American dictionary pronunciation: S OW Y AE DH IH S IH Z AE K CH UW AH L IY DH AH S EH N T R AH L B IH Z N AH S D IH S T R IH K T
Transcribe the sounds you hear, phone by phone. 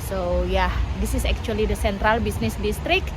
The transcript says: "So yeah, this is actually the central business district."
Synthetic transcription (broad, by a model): S OW Y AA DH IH S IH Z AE K CH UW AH L IY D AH S EH N T R AH L B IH S N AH S D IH S T R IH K